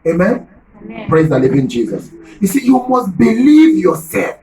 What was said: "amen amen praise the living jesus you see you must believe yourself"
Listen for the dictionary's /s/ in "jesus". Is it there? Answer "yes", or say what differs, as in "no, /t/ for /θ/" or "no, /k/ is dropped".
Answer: yes